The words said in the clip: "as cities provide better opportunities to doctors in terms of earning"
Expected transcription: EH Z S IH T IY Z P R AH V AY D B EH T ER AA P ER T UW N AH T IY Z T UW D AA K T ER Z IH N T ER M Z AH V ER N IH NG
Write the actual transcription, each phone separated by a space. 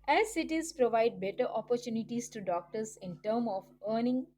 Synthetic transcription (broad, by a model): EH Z S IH T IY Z P R AH V AY D B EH T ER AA P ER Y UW N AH T IY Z T UW D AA K T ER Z IH N T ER M AH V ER N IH NG